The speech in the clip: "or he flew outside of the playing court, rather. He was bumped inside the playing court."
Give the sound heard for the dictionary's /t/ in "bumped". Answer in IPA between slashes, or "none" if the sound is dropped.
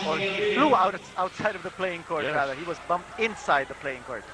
/t/